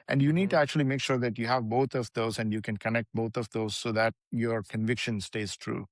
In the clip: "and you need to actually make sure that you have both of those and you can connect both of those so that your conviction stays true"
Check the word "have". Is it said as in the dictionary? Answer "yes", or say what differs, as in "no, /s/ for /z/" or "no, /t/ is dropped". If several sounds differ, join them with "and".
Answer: yes